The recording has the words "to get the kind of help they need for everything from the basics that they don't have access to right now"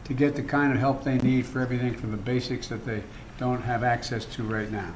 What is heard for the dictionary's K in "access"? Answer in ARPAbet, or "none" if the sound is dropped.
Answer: K